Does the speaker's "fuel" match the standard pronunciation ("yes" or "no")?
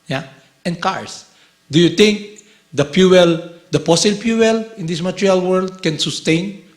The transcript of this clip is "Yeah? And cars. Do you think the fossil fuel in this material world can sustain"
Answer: no